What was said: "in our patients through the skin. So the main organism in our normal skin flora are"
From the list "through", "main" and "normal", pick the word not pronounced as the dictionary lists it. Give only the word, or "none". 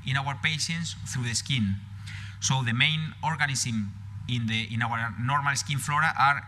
none